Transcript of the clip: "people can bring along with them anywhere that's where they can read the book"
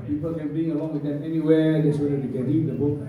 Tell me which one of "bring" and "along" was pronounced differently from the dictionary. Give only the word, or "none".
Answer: bring